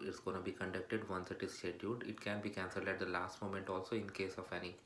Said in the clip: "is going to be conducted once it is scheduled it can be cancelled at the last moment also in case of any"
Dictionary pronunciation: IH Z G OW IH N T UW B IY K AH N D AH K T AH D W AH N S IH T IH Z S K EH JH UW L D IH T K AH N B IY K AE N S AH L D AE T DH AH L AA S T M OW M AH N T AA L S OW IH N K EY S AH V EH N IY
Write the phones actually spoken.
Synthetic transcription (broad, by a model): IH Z G OW IH N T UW B IY K AH N D AH K T AH D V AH N S IH T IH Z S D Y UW D IH T K AH N B IY K AE N S AH L D AE T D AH L AA S T M OW M AH N T AA L S OW IH N K EY S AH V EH N IY